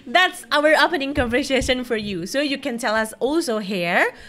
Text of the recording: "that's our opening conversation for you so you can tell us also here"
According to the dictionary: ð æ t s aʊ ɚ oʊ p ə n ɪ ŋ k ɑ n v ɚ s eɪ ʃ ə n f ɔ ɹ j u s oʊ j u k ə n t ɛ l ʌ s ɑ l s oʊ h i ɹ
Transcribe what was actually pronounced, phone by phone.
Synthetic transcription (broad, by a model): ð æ t s aʊ ɚ oʊ p ə n ɪ ŋ k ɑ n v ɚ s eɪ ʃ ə n f ɔ ɹ j u s oʊ j u k ə n t ɛ l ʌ s ɑ l s oʊ h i ɹ